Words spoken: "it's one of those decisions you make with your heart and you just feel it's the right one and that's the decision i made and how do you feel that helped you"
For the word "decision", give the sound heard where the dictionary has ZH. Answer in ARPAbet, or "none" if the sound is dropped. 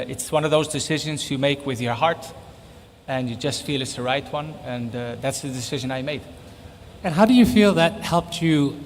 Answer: ZH